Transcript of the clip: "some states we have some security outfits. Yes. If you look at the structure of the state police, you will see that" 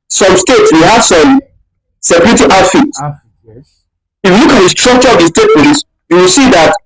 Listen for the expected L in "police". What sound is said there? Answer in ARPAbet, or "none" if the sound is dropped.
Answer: N